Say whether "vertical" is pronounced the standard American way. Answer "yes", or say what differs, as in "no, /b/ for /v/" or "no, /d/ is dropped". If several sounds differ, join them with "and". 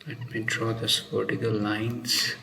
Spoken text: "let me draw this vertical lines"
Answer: no, /p/ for /v/